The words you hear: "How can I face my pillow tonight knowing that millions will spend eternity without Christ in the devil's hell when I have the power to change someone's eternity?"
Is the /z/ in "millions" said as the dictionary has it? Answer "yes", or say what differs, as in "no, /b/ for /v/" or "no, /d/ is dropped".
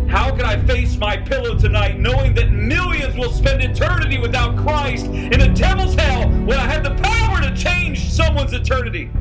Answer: yes